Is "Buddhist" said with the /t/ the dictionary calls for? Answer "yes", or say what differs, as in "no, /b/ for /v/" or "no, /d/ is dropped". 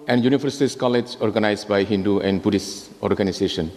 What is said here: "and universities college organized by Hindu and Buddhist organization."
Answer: no, /t/ is dropped